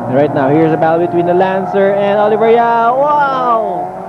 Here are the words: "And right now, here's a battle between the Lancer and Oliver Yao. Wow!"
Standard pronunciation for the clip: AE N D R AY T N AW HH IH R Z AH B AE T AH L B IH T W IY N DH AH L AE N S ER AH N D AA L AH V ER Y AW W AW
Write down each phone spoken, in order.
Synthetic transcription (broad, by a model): R AY T N AW HH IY R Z AH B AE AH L B IH T W IY N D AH L AE N S ER AH N D AA L AH V ER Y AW W AW